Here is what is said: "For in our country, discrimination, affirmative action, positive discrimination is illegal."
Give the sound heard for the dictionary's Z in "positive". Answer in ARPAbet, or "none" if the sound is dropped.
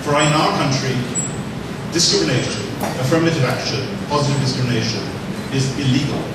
Z